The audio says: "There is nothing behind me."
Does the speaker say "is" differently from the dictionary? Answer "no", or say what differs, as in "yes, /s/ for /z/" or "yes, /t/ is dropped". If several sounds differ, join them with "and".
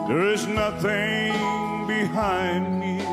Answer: no